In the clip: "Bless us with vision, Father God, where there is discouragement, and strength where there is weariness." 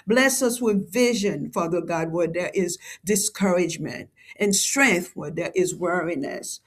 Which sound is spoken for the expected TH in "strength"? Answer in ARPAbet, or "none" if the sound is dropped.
TH